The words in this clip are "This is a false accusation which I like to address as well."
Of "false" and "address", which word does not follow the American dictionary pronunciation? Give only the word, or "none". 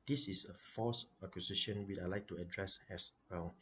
false